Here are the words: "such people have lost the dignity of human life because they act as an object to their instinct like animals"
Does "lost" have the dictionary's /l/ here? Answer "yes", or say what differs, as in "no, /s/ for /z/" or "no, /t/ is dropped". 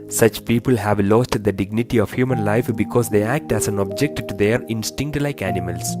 yes